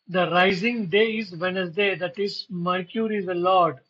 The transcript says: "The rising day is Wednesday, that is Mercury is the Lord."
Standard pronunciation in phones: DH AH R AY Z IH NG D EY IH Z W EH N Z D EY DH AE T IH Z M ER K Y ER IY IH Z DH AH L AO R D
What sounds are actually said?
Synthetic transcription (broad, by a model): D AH R AY Z IH NG D EY IH Z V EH N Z D EY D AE T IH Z M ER K Y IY IH Z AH L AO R D